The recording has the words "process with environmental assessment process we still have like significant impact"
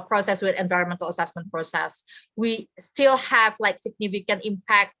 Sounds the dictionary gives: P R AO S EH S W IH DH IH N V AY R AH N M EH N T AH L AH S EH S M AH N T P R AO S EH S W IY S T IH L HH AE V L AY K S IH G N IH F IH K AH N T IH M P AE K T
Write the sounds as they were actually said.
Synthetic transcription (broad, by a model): P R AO S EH S W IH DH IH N V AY R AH N M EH N T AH L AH S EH S M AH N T P R AO S EH S W IY S T IH L HH AE V L AY K S IH G N IH F IH K AH N T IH M P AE K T